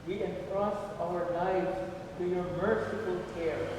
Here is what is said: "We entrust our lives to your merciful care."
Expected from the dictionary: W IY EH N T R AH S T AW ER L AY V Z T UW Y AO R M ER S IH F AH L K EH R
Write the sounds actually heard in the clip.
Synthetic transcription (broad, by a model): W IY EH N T R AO S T AW ER N AY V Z T UW Y AO R M ER S IH F AH L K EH R